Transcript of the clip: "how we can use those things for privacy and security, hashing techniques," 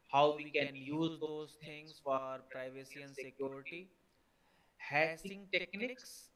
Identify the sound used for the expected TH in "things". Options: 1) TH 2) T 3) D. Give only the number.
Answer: 2